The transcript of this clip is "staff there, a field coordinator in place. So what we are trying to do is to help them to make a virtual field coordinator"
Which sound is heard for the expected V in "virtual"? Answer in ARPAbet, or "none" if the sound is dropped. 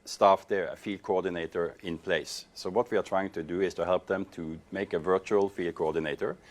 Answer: V